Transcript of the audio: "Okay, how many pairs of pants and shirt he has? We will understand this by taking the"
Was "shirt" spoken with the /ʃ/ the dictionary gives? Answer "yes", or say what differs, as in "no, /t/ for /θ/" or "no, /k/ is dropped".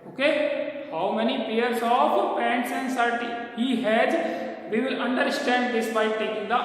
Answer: no, /s/ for /ʃ/